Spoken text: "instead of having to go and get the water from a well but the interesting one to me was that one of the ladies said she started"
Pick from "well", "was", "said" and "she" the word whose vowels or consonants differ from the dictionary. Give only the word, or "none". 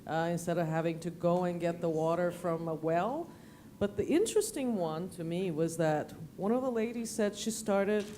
none